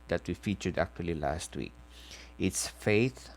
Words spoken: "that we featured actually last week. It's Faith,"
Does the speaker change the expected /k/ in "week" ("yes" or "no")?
no